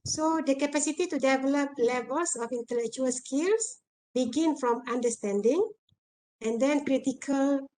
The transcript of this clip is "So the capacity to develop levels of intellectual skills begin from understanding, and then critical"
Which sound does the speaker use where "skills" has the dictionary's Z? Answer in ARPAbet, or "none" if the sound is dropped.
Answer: S